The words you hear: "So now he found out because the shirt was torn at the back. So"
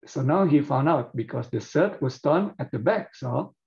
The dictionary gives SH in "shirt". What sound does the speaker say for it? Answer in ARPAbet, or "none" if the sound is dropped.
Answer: S